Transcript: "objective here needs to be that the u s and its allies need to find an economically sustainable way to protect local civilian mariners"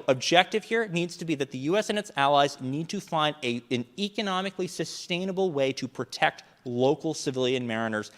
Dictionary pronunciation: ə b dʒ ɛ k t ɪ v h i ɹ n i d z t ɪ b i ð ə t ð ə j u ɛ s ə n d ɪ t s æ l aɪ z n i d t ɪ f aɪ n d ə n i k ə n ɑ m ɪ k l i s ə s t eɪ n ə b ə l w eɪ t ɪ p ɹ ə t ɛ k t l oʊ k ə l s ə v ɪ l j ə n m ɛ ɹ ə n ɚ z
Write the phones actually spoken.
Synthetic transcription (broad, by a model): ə b dʒ ɛ k t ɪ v h i ɹ n i d z t ɪ b i ð ə t ð ə j u ɛ s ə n ɪ t s æ l aɪ z n i d t ɪ f aɪ n d ə n i k ə n ɑ m ɪ k l i s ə s t eɪ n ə b l w eɪ t ɪ p ɹ ə t ɛ k t l oʊ k l s ə v ɪ l j ə n m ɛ ɹ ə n ɚ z